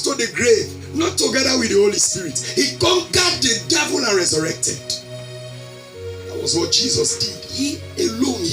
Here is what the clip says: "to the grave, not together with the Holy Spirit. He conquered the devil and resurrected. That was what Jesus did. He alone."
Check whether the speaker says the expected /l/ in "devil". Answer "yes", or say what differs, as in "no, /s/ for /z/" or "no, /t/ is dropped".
yes